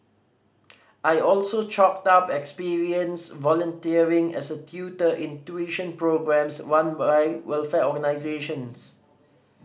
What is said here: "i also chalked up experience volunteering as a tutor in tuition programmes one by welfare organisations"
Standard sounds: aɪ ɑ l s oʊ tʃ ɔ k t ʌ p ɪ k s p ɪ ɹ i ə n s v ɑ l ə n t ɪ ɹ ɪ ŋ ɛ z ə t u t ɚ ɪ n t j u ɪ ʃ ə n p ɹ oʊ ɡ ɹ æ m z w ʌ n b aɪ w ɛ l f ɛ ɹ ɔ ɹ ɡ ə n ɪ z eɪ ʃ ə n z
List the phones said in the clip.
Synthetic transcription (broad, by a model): aɪ ɑ l s oʊ tʃ ɔ k t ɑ p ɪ k s p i ɹ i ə n s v ɑ l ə n t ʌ ɹ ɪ ŋ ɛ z ə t u t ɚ ɪ n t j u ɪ ʃ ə n p ɹ oʊ ɡ ɹ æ m s w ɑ n b aɪ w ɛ l f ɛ ɔ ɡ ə n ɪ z eɪ ʃ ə n s